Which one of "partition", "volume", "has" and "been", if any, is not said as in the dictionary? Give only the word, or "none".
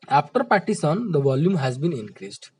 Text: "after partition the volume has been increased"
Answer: partition